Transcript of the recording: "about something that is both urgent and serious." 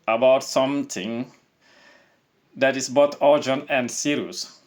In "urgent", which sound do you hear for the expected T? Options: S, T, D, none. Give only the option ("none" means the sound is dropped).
none